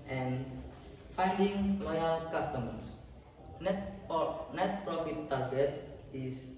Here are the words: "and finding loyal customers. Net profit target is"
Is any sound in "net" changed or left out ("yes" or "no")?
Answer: no